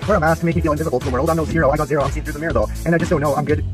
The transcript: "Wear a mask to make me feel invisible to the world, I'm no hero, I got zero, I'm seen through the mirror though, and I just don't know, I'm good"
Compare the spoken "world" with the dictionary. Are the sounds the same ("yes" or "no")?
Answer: yes